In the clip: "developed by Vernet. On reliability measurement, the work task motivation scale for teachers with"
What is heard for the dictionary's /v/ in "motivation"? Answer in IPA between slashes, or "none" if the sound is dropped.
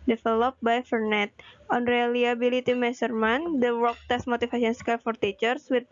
/f/